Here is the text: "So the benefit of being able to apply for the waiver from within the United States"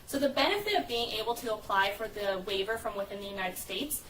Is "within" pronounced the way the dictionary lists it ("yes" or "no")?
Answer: yes